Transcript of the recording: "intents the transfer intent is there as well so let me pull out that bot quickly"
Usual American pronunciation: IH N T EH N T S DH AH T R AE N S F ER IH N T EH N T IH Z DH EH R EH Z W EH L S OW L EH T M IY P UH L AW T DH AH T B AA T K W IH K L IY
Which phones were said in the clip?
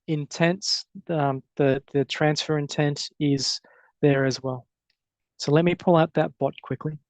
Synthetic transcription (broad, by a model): IH N T EH N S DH DH AH T R AE N S F ER IH N T EH N T IH Z DH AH R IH Z W EH L S OW L EH T M IY P UH L AW T DH AH T B AA T K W IH K L IY